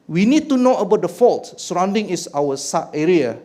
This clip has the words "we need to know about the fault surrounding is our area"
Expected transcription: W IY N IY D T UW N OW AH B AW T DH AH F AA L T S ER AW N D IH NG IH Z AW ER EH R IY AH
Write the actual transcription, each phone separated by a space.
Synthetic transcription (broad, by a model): W IY N IY D T UW N OW AH B AW T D AH F AA L T S ER AW N D IH NG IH S AW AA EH R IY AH